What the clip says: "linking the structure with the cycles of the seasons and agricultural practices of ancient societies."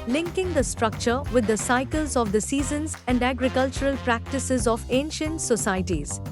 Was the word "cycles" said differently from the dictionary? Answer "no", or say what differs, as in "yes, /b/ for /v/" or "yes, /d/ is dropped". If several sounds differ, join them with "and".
no